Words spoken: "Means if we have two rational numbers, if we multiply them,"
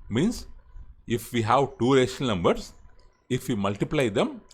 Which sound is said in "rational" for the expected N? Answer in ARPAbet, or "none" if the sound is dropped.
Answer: none